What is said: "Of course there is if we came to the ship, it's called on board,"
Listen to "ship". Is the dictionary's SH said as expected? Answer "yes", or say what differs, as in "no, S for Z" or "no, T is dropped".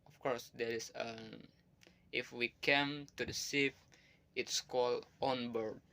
no, S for SH